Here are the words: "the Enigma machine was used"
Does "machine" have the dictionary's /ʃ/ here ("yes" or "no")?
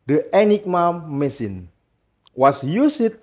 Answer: no